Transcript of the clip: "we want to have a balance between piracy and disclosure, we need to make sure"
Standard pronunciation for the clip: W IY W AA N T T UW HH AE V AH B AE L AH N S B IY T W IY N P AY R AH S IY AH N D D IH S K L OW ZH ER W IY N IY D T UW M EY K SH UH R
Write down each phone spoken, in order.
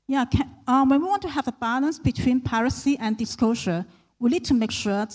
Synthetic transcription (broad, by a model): W IY W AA N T T UW HH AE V AH B AE L AH N S B IY T W IY N P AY R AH S IY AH N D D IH S K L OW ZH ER W IY L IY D T UW M EY K SH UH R